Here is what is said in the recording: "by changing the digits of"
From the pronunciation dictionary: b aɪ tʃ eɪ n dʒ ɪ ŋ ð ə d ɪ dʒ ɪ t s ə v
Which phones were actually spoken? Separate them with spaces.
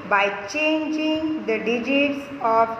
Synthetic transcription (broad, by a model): b aɪ tʃ eɪ n dʒ ɪ ŋ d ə d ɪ dʒ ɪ t s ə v